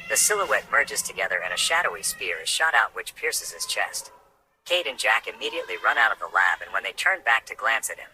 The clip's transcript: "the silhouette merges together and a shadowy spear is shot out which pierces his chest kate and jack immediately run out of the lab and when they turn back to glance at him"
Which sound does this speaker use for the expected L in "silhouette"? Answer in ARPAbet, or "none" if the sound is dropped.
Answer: L